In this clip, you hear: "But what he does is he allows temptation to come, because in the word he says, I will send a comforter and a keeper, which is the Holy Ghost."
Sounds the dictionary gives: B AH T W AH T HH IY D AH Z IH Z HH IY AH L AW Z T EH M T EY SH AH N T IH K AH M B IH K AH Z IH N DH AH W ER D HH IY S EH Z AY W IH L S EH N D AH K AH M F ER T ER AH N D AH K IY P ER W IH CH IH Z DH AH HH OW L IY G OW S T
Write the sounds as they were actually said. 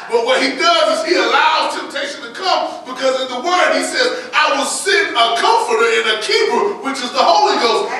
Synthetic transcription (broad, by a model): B AH T W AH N HH IY D AH Z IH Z HH IY AH L AW Z T EH M T EY SH AH N T IH K AH M B IH K AH Z IH N DH AH W ER D HH IY S EH Z AY W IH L S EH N AH K AH M F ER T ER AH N AH K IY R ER W IH CH IH Z DH AH HH OW L IY G OW S T